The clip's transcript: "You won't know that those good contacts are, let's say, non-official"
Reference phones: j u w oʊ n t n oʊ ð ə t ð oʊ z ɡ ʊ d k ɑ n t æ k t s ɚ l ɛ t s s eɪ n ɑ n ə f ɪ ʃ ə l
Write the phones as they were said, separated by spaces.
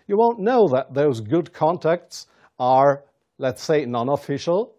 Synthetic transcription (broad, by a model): j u w oʊ n n oʊ ð ə t ð oʊ z ɡ ʊ d k ɑ n t æ k t s ɚ l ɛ t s s eɪ n ɑ n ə f ɪ ʃ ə l